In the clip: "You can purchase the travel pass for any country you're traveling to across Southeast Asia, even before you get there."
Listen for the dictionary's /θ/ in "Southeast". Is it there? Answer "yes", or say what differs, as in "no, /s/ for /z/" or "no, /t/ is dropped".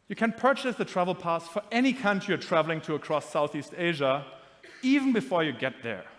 yes